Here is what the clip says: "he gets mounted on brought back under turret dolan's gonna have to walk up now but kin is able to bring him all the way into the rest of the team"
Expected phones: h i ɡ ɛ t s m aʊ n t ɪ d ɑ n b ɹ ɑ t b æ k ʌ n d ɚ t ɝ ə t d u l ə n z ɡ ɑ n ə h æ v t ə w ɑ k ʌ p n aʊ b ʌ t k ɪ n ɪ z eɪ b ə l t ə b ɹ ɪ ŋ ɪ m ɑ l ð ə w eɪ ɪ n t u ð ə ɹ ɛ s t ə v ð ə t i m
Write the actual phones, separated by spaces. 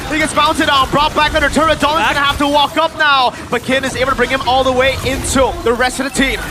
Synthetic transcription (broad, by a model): h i ɡ ɛ t s m aʊ n t ɪ d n b ɹ ɑ t b æ k ʌ n d ɚ t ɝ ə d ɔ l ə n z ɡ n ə h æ f t ə w ɑ k ʌ p n aʊ b ʌ t k ɪ n ɪ z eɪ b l t ə b ɹ ɪ ŋ ɪ m ɑ l ð ə w eɪ ɪ n t u ð ə ɹ ɛ s t ə v ð ə t i m